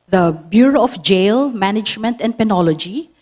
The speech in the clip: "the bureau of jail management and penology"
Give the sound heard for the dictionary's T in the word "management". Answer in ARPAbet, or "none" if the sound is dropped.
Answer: T